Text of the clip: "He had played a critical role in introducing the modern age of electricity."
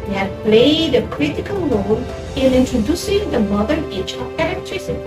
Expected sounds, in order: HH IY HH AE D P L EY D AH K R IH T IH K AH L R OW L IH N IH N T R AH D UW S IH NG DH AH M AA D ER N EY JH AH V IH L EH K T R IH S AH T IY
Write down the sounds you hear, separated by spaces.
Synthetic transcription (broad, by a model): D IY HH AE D P L EY D AH K R IH T IH K AH L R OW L IH N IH N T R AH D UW S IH NG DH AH M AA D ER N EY CH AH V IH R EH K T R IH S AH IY